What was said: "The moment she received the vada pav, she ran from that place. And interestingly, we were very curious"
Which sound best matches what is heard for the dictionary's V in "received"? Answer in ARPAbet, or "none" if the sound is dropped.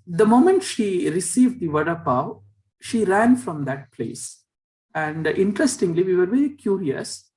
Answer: V